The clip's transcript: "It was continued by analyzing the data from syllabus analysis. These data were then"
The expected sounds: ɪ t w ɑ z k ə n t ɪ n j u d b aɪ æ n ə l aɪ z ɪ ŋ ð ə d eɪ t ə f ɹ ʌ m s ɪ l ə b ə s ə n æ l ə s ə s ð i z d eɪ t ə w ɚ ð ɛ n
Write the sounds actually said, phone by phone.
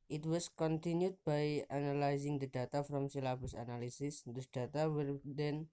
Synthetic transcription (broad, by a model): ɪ t w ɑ s k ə n t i n j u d b aɪ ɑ n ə l aɪ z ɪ ŋ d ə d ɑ t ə f ɹ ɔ m s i l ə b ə s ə n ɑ l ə s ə s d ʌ d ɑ t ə w ɚ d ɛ n